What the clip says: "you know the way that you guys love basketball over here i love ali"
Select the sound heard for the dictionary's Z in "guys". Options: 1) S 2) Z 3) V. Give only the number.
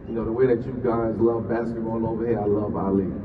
2